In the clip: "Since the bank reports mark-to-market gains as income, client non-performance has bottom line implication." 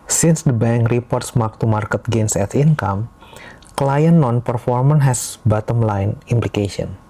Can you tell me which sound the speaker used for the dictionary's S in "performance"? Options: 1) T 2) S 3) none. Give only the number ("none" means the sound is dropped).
3